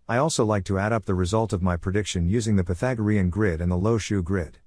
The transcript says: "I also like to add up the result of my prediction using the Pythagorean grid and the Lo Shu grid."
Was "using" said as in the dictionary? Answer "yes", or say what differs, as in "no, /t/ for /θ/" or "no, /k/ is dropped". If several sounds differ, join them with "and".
yes